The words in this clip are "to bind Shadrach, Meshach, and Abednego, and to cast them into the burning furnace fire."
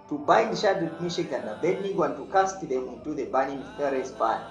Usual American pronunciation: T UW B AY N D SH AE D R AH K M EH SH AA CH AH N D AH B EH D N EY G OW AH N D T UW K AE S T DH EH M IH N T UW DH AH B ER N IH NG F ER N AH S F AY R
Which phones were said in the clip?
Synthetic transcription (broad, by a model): T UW B AY N D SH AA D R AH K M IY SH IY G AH N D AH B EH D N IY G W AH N T UW K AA S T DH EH M IH N T UW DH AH B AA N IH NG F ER AH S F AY